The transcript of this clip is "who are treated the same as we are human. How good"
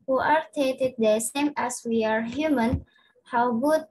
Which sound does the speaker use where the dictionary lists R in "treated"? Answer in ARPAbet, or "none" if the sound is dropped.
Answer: none